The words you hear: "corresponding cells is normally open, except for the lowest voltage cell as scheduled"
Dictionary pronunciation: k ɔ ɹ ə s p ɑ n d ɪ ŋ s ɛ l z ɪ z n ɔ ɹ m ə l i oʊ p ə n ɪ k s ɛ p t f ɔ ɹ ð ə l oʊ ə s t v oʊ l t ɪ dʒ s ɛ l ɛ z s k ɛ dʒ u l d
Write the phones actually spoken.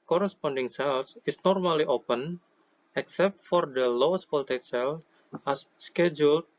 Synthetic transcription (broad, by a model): k ɔ ɹ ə s p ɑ n d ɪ ŋ s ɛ l s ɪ s n ɔ ɹ m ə l i oʊ p ə n ɪ k s ɛ p t f ɔ ɹ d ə l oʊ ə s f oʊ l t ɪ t s ɛ l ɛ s k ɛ dʒ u l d